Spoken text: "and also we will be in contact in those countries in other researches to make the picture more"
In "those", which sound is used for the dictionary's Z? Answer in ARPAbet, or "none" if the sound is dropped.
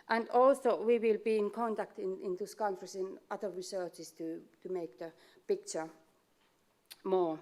S